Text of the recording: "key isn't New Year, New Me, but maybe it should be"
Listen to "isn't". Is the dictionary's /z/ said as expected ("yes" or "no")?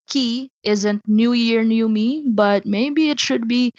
yes